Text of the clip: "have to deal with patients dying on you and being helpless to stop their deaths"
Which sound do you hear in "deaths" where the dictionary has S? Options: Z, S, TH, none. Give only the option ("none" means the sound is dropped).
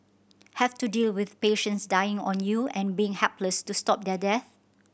none